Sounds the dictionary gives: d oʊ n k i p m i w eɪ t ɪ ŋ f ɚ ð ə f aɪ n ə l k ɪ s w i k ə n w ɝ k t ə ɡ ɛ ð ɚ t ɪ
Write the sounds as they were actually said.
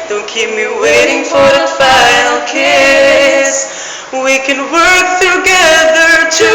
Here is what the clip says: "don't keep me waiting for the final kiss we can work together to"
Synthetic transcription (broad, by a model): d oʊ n k i p m i w eɪ t ɪ ŋ f ɚ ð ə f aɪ ə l k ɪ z w i k ə n w ɝ k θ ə ɡ ɛ ð ɚ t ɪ